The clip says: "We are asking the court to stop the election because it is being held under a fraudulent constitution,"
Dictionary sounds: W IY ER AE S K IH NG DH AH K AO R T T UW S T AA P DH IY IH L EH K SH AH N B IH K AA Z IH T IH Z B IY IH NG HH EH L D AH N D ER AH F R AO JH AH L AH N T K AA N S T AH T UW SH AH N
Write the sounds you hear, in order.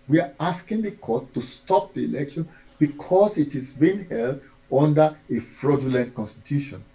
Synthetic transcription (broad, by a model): W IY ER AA S K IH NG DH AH K AO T T UW S T AA P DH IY IH L EH K SH AH N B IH K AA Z IH T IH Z B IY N HH EH L D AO N D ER AH F R AO JH AH L AH N T K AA N S T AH T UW SH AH N